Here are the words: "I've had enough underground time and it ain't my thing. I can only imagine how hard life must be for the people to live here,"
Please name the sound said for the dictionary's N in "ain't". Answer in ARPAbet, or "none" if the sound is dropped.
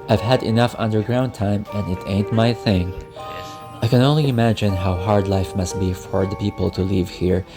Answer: N